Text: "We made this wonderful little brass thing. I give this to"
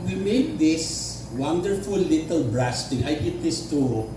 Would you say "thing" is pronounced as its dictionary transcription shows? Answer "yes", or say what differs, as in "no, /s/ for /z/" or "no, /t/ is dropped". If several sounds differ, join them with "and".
no, /t/ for /θ/